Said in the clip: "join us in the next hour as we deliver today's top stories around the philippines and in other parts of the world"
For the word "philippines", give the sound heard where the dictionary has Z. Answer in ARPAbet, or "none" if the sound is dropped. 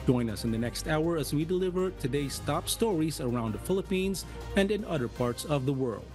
Z